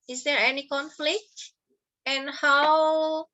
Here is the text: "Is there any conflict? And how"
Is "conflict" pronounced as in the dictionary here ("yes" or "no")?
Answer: yes